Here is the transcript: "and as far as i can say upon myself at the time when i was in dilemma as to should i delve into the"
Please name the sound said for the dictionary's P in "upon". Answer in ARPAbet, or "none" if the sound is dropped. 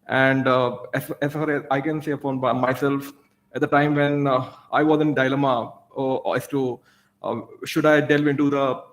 F